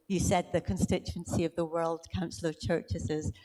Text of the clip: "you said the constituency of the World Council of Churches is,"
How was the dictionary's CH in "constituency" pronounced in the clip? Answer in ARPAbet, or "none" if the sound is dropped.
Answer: CH